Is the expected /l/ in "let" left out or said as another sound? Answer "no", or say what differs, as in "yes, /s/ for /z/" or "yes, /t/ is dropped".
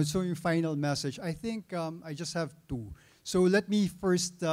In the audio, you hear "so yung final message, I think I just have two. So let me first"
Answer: no